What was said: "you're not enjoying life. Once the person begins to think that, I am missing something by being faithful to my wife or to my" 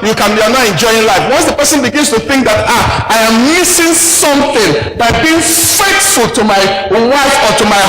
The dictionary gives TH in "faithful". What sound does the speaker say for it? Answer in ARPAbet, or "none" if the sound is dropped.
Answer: T